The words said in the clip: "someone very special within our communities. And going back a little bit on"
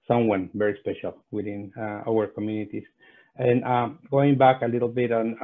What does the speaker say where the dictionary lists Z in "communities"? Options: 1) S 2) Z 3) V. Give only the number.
1